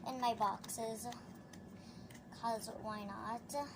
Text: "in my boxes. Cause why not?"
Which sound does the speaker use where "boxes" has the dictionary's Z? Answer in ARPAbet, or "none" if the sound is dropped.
Z